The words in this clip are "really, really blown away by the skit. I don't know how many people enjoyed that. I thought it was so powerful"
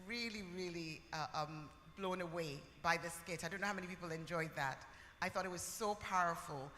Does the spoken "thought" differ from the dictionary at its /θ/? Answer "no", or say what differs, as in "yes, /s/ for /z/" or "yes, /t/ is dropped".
no